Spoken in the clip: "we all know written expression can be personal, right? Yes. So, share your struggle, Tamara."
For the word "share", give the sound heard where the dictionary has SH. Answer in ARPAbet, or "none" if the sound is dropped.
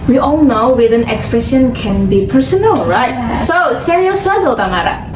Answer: S